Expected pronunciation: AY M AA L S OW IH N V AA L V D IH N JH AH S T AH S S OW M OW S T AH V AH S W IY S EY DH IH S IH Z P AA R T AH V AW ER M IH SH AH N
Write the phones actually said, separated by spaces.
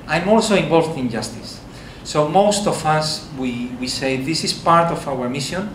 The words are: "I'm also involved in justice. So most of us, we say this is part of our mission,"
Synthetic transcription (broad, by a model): AY M AA L S OW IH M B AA L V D IH N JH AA S T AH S S OW M OW S T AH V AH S W IY S EY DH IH S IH S P AA R T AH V AW ER M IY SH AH N